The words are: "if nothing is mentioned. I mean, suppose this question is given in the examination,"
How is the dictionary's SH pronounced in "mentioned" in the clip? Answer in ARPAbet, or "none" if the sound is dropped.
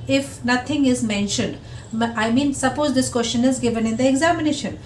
SH